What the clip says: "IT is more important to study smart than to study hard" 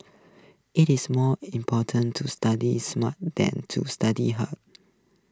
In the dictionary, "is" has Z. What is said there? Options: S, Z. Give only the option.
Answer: S